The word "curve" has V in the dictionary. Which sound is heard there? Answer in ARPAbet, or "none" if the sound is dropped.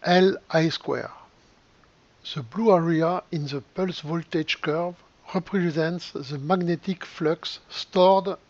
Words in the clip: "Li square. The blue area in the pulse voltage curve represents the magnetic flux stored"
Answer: V